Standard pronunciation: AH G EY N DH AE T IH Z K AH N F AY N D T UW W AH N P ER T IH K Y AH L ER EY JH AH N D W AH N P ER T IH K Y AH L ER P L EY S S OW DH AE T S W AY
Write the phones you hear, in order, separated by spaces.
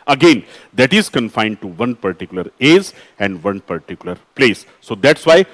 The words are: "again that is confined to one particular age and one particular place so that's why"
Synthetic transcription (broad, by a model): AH G EY N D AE T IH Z K AH N F AY N D T UW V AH N P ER T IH K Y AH L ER EY Z AH N D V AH N P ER T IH K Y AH L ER P L EY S S OW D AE T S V AY